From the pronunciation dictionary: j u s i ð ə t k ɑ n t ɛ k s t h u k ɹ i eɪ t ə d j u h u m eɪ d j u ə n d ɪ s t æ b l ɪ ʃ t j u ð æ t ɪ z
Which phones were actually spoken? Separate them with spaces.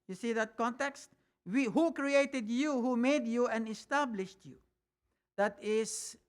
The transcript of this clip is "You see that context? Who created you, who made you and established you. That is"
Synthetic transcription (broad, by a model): j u s i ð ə t k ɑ n t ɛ k s t h u k ɹ i eɪ t ə d j u h u m eɪ d j u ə n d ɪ s t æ b l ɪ ʃ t j u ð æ t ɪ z